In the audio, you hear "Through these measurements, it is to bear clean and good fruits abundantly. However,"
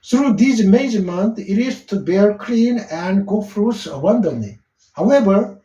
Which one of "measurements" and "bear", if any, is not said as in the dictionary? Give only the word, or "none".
measurements